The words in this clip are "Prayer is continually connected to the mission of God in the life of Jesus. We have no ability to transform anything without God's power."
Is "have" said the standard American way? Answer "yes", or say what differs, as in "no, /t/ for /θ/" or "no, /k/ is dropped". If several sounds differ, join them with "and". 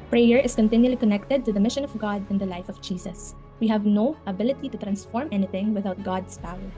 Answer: yes